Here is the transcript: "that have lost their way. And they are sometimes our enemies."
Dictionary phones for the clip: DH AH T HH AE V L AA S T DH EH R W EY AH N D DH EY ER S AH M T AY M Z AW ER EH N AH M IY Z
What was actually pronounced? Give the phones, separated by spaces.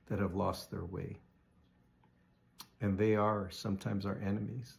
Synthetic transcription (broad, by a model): DH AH T HH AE V L AA S T DH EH R W EY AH N DH EY ER S AH M T AY M Z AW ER EH N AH M IY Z